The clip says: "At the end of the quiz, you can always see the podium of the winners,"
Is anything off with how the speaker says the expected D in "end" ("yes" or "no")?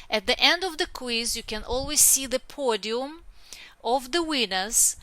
no